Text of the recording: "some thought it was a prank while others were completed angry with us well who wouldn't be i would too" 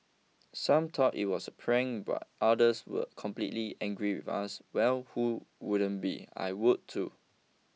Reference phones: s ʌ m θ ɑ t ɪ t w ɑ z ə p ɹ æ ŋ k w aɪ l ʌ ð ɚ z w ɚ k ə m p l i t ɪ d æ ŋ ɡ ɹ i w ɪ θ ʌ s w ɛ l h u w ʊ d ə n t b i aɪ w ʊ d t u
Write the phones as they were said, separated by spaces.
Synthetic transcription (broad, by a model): s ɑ m t ɑ t ɪ t w ɑ s ə p ɹ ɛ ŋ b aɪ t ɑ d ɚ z w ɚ k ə m p l i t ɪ ɛ ŋ ɡ ɹ i w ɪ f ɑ s w ɛ l h u w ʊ d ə n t b i aɪ w ʊ d t u